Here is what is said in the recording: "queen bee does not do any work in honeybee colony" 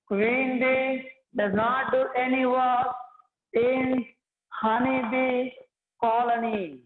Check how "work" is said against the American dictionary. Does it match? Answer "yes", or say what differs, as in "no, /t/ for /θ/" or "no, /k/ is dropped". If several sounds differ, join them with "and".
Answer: no, /k/ is dropped